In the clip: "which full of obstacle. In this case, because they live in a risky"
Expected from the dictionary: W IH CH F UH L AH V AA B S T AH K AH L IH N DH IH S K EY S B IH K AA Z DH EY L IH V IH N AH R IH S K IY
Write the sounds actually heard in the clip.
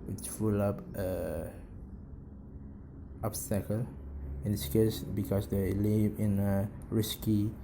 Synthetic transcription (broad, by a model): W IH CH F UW L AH P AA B S T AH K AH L IH N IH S K EY S B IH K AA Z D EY L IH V IH N AH R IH S K IY